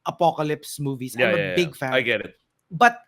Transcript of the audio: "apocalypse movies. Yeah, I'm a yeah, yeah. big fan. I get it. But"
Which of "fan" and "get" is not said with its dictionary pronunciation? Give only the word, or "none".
fan